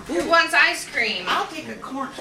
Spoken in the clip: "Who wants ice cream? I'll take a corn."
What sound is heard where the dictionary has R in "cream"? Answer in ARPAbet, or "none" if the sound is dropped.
R